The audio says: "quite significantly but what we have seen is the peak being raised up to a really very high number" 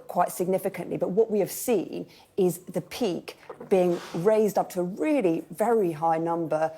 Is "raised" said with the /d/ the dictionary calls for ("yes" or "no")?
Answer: yes